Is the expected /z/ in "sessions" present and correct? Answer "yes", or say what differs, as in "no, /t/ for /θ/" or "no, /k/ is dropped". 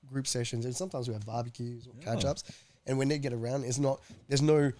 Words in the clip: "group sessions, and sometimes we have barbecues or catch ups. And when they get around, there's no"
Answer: yes